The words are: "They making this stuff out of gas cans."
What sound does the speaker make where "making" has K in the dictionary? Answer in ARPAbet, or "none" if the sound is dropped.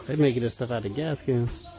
none